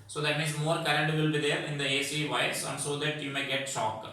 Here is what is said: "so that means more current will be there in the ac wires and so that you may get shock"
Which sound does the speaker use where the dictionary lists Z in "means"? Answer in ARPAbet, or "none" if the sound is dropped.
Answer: S